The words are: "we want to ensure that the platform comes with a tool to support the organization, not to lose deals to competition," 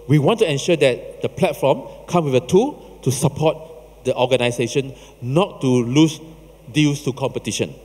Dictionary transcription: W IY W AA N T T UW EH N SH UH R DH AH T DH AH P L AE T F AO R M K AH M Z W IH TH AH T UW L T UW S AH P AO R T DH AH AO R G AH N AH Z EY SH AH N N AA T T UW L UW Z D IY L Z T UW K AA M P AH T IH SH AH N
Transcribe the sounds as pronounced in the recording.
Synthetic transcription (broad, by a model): W IY W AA N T T UW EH N SH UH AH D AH T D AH P L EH T F AO M K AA M W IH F AH T UW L T UW S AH P AO T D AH AO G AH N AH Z EY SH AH N N AA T T UW L UW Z D IY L S T UW K AA M P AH T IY SH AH N